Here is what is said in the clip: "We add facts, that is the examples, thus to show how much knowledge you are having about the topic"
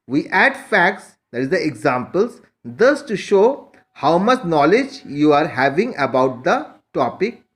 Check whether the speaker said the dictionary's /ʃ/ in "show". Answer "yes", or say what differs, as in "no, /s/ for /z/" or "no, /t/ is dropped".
yes